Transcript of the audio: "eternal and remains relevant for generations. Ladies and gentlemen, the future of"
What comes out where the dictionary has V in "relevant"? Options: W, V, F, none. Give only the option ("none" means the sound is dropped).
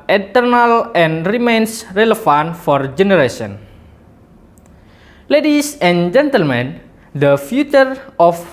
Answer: F